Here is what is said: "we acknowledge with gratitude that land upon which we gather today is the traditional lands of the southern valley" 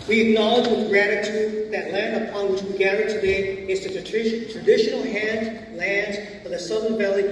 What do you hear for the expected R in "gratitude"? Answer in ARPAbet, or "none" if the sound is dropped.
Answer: R